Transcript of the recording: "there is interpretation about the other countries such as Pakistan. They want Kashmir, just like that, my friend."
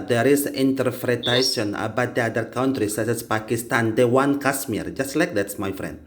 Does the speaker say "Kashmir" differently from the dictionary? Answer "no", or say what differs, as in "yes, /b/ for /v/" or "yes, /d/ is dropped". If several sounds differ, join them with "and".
yes, /s/ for /ʃ/